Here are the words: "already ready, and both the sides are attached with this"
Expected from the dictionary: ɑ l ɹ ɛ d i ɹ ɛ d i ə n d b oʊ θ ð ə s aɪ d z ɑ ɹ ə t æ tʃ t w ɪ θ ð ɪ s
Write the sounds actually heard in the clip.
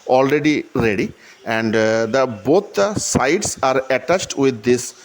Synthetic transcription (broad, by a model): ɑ l ɹ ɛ d i ɹ ɛ d i ə n d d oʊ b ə s aɪ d s ɑ ɹ ə t æ tʃ t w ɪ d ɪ s